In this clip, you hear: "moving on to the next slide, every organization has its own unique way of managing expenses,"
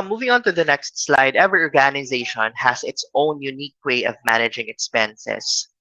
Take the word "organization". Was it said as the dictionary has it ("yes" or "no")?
yes